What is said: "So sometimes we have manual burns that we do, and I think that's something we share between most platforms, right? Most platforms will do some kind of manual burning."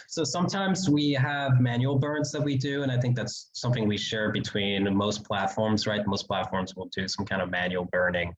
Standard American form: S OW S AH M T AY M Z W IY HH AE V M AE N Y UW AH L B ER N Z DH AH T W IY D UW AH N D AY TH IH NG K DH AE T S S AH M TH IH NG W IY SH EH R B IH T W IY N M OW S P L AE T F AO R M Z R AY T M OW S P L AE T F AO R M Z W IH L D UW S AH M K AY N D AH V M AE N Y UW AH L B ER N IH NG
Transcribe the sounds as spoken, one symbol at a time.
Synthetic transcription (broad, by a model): S OW S AH M T AY M Z W IY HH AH V M AE N Y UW L B ER N Z DH AH T W IY D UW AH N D AY TH IH NG K DH AE T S S AH M TH IH NG W IY SH EH R B IH T W IY N M OW S P L AE T F AO R M Z R AY T M OW S P L AE T F AO R M Z W IH L D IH S AH M K AY N D AH V M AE N Y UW L B ER N IH NG